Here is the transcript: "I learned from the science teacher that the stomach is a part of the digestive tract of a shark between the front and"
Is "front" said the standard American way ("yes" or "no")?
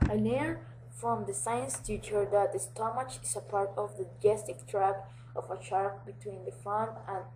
no